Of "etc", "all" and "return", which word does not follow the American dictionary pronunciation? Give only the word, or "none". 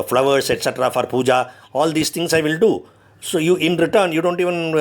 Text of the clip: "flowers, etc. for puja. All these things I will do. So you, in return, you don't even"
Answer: none